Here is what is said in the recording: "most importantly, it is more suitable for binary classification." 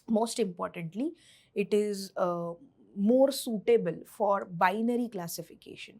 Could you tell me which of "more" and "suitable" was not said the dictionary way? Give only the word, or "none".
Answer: none